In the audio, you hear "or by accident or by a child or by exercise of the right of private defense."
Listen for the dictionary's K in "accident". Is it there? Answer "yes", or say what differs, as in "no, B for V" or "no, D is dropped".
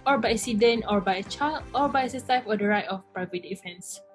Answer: no, K is dropped